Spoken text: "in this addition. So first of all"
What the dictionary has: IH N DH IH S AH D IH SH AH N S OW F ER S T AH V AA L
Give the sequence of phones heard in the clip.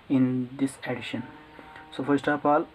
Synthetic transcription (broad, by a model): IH N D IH S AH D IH SH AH N S OW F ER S T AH P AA L